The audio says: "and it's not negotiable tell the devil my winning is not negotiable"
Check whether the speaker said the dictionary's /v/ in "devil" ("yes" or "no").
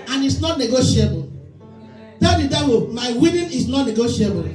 no